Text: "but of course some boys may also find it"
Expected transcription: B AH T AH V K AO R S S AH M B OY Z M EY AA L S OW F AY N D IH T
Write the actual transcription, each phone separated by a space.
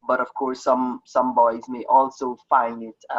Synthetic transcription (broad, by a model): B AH T AH V K AO R S S AH M B OY Z M EY AA L S OW F AY N D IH T